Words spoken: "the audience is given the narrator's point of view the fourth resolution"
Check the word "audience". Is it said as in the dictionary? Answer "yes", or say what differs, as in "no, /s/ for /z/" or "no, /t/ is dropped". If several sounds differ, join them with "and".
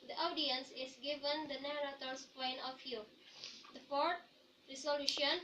yes